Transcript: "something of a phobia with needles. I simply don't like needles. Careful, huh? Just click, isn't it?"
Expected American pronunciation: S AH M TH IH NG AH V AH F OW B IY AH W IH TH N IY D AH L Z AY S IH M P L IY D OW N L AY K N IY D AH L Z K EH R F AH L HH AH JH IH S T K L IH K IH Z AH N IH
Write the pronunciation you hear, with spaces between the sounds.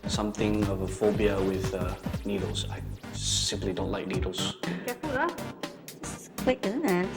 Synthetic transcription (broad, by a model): S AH M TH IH NG AH V AH F OW B IY AH W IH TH N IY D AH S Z AY S IH M P L IY D OW N L AY K N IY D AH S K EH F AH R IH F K W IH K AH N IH